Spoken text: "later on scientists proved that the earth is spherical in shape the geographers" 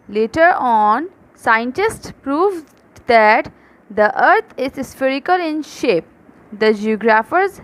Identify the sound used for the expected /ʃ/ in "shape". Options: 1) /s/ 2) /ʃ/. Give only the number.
2